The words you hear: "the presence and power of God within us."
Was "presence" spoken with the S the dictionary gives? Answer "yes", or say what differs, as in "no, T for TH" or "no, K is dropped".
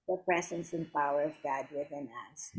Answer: yes